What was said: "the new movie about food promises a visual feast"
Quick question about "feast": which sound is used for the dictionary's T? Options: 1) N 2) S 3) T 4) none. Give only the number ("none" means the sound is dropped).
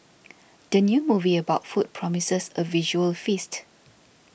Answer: 3